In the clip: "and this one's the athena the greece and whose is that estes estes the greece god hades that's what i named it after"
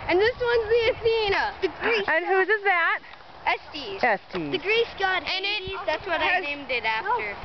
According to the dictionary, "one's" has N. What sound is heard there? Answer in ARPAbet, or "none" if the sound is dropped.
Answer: N